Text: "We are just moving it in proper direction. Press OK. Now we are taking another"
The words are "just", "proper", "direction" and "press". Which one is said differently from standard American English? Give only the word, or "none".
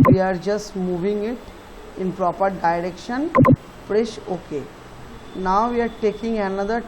press